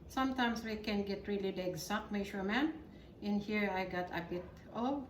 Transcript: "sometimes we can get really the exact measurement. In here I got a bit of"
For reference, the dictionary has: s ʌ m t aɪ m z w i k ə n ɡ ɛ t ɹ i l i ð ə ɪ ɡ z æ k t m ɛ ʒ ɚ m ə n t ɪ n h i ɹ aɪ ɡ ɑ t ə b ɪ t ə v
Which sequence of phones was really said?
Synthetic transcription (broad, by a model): s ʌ m t aɪ m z w i k ə n ɡ ɛ t ɹ i l i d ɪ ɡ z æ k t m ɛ ʃ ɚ m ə n ɪ n h i ɹ aɪ ɡ ɑ t ə b ɪ t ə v